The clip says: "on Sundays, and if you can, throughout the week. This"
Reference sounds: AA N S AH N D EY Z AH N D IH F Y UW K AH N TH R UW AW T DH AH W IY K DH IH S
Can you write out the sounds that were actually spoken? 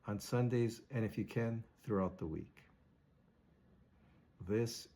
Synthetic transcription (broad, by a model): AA N S AH N D EY Z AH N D IH F Y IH K AH N TH R UW AW T DH AH W IY K DH IH S